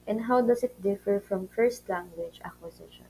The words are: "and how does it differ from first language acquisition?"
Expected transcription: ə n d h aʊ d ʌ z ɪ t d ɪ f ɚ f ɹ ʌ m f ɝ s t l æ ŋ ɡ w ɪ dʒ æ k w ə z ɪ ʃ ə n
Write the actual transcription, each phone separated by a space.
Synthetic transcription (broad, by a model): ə n d h aʊ d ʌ s ɪ t d ɪ f ɚ f ɹ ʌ m f ɝ s t l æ ŋ ɡ w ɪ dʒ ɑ k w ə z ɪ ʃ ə n